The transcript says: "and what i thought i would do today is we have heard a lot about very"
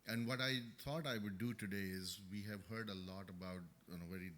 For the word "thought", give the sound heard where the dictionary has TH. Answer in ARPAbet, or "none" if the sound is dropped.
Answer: T